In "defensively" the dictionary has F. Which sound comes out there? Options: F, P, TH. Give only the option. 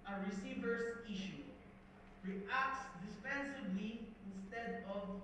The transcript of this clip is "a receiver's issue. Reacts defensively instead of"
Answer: P